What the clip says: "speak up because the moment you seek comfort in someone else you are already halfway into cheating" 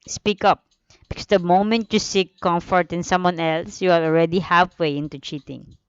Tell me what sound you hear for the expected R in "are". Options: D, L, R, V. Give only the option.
L